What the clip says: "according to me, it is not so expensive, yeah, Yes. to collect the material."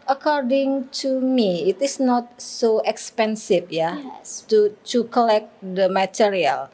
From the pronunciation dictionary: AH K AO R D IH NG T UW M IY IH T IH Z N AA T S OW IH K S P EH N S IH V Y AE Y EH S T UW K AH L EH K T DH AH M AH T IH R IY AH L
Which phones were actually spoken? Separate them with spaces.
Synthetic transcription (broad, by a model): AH K AO R D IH NG T UW M IY IH T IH S N AA T S OW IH K S P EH N S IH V Y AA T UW T UW K AH L EH K T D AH M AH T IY R IY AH L